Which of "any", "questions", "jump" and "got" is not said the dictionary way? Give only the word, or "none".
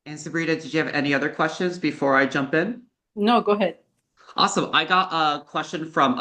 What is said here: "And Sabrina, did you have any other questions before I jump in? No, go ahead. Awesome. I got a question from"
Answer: none